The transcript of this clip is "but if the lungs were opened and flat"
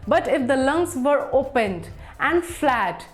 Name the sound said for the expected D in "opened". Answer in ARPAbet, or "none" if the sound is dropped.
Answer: D